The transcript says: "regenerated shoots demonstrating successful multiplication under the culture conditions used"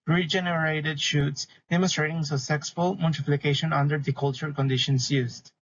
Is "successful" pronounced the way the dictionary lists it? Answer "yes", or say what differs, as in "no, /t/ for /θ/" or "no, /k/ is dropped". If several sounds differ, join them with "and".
no, /k/ is dropped